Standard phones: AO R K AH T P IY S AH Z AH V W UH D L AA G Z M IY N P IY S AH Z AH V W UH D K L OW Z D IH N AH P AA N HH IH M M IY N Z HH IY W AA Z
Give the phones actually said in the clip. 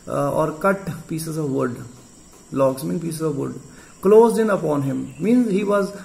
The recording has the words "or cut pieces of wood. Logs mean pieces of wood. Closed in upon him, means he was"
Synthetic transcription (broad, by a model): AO R K AH T P IY S AH Z AH V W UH D L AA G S M IY N P IY S AH Z AH V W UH D K L OW Z D IH N AH P AA N HH IH M M IY N Z HH IY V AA Z